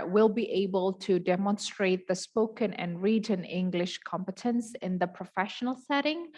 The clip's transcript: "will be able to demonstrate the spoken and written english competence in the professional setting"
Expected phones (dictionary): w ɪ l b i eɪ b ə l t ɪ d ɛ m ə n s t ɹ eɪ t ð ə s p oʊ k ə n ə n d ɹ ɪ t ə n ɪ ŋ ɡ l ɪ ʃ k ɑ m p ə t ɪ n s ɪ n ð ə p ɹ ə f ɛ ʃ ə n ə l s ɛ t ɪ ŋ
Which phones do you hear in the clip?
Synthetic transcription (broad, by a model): w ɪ l b i eɪ b ə l t ɪ d ɛ m ə n s t ɹ eɪ t ð ə s p oʊ k ə n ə n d ɹ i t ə n ɪ ŋ ɡ l ɪ ʃ k ɑ m p ə t ɪ n s ɪ n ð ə p ɹ ə f ɛ ʃ ə n ə l s ɛ t ɪ ŋ